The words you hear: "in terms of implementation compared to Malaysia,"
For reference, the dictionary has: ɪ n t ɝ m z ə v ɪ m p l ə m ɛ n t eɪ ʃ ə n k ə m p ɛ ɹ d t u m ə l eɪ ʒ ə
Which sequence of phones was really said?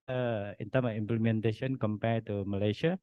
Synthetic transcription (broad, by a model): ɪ n t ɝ m ə f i m p l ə m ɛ n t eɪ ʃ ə n k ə m p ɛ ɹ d t u m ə l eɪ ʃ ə